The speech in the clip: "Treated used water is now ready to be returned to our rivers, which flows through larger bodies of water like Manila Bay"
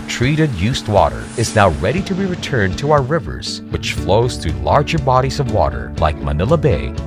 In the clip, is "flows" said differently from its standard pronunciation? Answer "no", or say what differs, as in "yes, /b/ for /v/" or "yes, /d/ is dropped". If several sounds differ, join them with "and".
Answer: no